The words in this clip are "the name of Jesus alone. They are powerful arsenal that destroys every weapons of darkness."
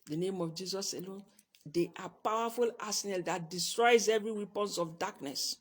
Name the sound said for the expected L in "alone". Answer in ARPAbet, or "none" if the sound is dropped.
L